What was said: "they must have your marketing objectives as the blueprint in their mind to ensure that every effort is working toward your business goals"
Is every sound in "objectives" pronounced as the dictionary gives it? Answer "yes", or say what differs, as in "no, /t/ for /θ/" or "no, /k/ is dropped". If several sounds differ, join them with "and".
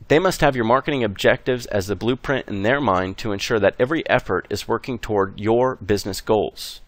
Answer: yes